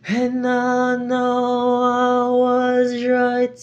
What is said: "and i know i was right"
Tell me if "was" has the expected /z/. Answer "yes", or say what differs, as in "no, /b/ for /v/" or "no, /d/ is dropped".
yes